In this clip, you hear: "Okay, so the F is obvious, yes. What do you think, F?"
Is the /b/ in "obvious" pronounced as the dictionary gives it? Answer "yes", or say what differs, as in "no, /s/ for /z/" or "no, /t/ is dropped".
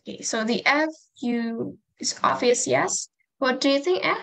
no, /b/ is dropped